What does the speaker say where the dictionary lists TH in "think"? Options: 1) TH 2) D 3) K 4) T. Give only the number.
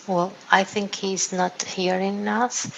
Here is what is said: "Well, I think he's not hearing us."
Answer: 1